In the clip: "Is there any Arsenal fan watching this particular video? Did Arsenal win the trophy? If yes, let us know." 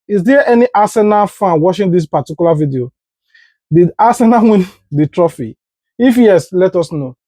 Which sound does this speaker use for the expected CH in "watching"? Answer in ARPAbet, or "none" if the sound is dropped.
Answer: SH